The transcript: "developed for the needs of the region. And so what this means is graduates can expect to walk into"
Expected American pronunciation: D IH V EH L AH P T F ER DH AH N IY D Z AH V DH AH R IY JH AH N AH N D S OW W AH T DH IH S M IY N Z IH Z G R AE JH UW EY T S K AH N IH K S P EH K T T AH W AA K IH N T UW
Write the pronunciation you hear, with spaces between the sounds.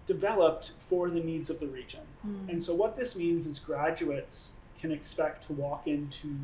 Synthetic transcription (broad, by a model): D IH V EH L AH P T F ER DH AH N IY D Z AH V DH AH R IY JH AH N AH N S OW W AH T DH IH S M IY N Z IH Z G R AE JH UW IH T S K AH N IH K S P EH K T T AH W AA K IH N T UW